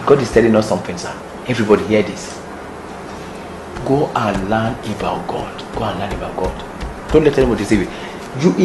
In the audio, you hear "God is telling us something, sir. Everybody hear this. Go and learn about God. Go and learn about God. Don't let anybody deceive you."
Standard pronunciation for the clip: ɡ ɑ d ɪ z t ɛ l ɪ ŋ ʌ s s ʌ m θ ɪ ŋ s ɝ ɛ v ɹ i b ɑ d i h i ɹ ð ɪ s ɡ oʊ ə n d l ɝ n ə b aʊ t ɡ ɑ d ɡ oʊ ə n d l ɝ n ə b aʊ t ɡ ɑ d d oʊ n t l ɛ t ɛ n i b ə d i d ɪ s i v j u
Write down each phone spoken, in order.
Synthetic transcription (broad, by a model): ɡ ɑ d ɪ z t ɛ l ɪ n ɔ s s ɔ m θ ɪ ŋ s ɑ ɛ v ɹ i b ɑ d i h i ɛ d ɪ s ɡ oʊ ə n l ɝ n ə b aʊ t ɡ ɑ d ɡ oʊ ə n l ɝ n ə b aʊ t ɡ ɑ d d oʊ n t l ɛ t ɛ l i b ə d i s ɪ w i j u